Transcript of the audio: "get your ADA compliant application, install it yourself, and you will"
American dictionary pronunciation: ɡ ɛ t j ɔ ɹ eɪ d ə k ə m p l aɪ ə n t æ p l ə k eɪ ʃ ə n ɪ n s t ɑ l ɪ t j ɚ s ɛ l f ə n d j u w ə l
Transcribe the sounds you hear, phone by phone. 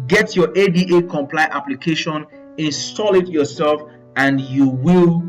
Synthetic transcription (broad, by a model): ɡ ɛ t j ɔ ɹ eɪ d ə k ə m p l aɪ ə t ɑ p l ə k eɪ ʃ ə n ɪ n s t ɑ l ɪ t j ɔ s ɛ l f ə n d j u w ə l